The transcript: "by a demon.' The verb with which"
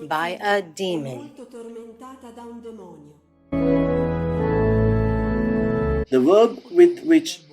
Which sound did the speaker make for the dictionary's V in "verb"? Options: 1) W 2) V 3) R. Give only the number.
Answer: 1